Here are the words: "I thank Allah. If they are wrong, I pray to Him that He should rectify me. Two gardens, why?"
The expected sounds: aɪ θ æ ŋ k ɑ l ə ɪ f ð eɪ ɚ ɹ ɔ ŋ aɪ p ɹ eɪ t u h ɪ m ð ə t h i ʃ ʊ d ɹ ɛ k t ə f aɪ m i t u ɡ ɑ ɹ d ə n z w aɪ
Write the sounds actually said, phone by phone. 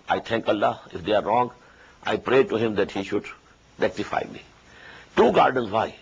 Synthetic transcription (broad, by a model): aɪ t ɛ ŋ k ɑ l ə ɪ f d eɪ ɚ ɹ ɔ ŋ aɪ p ɹ eɪ t u h ɪ m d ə t h i ʃ ʊ d ɹ ɛ k t ə f aɪ m i t u ɡ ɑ ɹ d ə n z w aɪ